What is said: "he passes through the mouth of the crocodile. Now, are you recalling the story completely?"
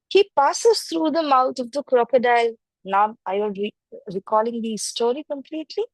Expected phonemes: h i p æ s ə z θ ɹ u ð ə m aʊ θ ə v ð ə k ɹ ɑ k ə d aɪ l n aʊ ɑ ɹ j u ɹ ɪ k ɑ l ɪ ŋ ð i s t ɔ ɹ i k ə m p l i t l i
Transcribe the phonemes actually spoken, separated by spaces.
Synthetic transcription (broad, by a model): h i p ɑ s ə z t ɹ u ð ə m aʊ t ə v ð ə k ɹ ɑ k ə d aɪ l n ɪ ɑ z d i ɹ ɪ k ɑ l ɪ ŋ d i s t ɔ ɹ i k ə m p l i t l i